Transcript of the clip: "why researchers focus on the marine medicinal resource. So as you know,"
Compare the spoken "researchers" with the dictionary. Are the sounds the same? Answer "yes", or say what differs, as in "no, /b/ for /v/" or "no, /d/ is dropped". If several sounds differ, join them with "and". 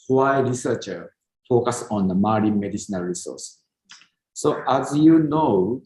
no, /z/ is dropped